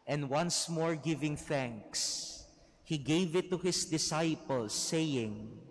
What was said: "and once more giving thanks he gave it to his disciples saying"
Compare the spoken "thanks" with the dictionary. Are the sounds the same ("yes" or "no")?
yes